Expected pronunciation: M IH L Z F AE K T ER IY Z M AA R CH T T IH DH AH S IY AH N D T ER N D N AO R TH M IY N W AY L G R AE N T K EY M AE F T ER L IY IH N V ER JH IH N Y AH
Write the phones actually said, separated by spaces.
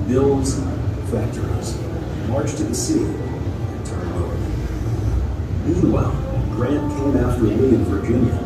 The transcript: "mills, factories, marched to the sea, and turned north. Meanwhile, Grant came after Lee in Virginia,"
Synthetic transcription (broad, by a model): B IH L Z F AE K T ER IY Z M AA R CH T T IH DH AH S IY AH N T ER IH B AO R M IY N W AY L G R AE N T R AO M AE T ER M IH IH N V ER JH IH N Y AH